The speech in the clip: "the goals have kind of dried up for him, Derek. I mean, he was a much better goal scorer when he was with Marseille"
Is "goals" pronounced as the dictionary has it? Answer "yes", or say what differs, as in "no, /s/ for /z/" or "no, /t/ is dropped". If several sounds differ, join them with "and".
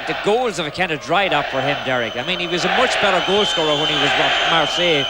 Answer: yes